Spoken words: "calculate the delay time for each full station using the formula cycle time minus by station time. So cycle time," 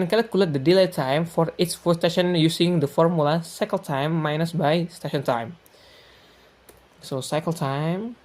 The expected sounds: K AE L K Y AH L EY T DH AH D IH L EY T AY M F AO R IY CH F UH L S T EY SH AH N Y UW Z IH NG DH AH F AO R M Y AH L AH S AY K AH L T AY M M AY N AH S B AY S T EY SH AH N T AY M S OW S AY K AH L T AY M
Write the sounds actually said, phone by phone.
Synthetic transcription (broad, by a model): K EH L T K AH L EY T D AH D IH L EY T AY M F AO R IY S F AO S T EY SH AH N Y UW S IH NG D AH F AO R M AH L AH S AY K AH L T AY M M AY N AH S B AY S T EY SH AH N T AY M S OW S AY K AH L T AY M